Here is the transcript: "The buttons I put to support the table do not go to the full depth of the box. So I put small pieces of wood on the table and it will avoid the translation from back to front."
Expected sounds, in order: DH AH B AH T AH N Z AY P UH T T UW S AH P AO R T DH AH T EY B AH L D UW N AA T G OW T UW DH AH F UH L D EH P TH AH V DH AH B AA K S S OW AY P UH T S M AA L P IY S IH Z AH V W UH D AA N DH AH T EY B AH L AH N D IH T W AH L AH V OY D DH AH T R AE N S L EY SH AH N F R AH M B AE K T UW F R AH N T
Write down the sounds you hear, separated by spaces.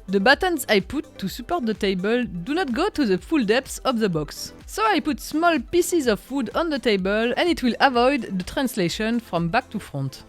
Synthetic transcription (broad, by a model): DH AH B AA T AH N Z AY P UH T T UW S AH P AO R T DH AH T EY B AH L D UW N AA T G OW T UW DH AH F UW L D EH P S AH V DH AH B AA K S S OW AY P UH T S M AA L P IY S IH Z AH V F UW D AA N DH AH T EY B AH L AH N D IH T W AH L AH V OY D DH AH T R AE N S L EY SH AH N F R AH M B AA K T UW F R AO N T